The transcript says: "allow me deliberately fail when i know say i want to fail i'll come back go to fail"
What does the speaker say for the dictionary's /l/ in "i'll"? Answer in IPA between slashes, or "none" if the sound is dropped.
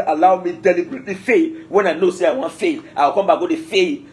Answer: /w/